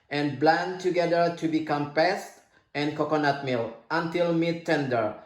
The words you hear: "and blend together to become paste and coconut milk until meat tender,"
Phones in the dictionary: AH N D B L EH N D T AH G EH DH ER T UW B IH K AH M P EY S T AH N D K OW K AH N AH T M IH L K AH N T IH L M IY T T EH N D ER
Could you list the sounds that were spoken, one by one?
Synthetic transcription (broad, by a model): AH N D B L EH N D T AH G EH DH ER T UW B IH K AH M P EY S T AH N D K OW K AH N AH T M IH L AH N T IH L M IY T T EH N D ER